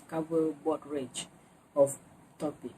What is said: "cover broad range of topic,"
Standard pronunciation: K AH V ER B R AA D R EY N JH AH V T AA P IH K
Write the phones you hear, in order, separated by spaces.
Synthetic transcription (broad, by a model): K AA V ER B AA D R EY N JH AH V T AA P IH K